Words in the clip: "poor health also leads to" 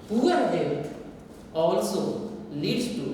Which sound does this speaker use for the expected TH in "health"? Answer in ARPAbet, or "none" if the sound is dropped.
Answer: T